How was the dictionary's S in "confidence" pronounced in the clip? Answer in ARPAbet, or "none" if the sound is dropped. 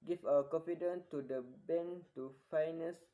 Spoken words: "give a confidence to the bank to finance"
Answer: none